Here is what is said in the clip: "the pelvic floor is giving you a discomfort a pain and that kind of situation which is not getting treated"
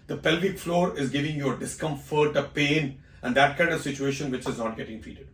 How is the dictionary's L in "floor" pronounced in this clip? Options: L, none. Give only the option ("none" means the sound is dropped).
L